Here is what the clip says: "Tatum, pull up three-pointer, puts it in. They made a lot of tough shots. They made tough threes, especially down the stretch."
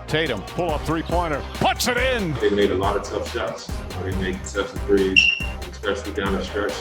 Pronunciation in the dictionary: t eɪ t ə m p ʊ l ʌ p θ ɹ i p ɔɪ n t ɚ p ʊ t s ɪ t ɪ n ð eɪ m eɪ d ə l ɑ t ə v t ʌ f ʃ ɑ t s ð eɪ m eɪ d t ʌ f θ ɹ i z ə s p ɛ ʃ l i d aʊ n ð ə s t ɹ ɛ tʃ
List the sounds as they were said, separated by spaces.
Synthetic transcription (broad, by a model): t eɪ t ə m p ʊ l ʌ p θ ɹ i p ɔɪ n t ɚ p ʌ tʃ ɪ t ɪ n ð eɪ m eɪ d ə l ɑ t ə v t ʌ f s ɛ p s ð eɪ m eɪ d s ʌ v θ ɹ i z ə s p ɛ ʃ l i d aʊ n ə s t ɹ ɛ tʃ